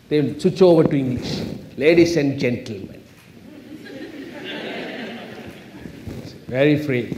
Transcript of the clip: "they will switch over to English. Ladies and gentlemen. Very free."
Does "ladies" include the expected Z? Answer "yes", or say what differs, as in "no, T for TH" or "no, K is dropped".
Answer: no, S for Z